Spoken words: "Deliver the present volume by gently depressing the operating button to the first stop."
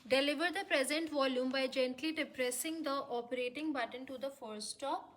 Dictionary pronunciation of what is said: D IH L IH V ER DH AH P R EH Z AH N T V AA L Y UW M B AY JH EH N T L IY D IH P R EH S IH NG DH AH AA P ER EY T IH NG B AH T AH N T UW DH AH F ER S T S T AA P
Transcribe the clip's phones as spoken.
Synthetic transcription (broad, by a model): D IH L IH V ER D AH P R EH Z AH N T V AA L Y UW M B AY JH EH N T L IY D IH P R EH S IH NG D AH AA P ER EY T IH NG B AH T AH N T UW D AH F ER T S T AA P